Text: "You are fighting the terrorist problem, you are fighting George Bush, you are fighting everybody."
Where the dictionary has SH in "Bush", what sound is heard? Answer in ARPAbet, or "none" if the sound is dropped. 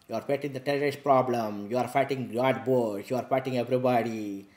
S